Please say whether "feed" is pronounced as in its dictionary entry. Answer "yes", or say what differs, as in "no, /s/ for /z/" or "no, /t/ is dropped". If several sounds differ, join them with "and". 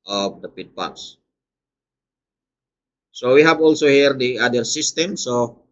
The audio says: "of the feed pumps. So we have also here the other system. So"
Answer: no, /p/ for /f/